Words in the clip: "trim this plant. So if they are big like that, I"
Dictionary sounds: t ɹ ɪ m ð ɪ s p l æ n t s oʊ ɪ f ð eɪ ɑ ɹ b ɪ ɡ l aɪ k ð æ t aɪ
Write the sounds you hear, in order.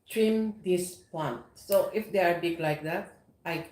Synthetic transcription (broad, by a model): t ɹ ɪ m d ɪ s p ɔ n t s oʊ ɪ f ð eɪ ɑ ɹ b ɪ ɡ l aɪ k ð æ t aɪ